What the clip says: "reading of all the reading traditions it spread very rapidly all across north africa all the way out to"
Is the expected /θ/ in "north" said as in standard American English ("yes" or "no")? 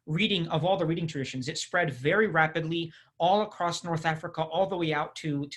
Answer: yes